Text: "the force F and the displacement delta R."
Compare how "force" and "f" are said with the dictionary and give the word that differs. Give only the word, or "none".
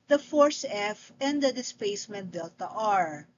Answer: none